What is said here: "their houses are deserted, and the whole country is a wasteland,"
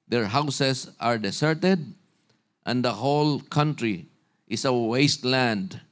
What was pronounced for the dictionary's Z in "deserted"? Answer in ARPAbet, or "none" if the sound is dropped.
S